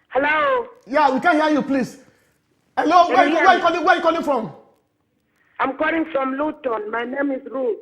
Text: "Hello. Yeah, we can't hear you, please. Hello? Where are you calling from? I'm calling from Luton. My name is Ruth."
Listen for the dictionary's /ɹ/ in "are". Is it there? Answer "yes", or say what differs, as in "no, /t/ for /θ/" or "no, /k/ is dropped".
no, /w/ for /ɹ/